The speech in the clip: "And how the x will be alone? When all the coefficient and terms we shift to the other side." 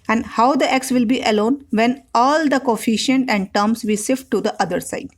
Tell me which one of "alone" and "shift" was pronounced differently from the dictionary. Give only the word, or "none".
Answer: shift